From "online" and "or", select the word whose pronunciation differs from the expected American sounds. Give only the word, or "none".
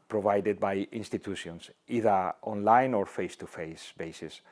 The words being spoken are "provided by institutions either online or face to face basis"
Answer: none